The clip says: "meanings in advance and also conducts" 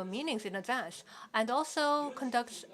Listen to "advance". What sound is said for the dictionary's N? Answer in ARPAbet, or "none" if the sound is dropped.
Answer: none